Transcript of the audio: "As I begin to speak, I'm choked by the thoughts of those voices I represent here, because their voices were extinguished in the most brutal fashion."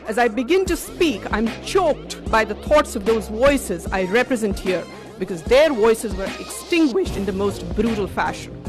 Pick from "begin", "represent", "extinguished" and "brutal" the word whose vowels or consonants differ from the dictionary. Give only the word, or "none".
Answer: none